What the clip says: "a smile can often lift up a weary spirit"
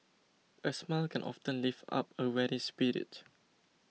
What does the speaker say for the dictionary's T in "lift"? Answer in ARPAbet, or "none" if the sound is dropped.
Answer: none